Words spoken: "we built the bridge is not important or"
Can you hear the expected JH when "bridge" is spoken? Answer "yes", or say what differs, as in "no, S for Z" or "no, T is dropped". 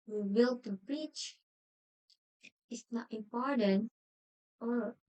no, CH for JH